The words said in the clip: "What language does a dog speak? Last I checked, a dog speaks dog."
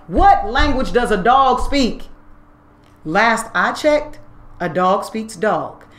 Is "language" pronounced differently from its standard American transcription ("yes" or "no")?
no